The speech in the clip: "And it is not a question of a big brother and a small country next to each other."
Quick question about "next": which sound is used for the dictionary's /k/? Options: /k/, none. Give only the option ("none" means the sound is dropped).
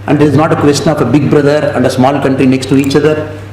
/k/